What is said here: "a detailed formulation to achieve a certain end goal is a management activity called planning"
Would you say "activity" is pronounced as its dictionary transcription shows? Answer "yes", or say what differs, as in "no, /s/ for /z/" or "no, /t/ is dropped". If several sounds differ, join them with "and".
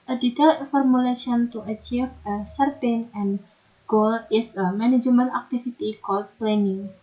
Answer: no, /f/ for /v/